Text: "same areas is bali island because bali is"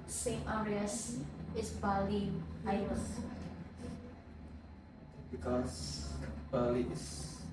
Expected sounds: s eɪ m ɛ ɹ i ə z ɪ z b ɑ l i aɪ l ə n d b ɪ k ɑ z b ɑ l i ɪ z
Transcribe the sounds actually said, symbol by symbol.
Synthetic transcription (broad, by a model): s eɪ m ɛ ɹ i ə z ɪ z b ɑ l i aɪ ə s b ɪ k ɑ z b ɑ l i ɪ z